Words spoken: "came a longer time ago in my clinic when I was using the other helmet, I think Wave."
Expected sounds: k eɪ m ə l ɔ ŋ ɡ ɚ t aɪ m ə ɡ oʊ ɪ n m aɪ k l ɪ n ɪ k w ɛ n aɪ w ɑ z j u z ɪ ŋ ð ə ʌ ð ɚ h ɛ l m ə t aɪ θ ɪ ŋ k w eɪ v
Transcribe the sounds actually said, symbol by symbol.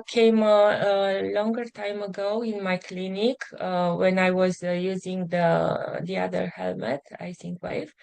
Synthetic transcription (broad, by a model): k eɪ m ə l ɔ ŋ ɡ ɚ t aɪ m ə ɡ oʊ ɪ n m aɪ k l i n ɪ k w ɛ n aɪ w ɑ z j u z ɪ ŋ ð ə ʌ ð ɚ h ɛ l m ə t aɪ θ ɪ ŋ k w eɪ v